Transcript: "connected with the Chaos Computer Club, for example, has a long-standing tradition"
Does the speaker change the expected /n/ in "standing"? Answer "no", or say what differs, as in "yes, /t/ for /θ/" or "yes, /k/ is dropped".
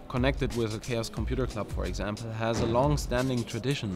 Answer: no